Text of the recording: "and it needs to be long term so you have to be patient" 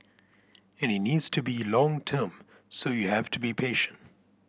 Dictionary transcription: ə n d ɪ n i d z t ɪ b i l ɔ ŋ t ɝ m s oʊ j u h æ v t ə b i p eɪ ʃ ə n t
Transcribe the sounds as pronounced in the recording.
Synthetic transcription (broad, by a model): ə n ɪ n i d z t ɪ b i l ɔ ŋ t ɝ m s oʊ j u h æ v t ə b i p eɪ ʃ ə n t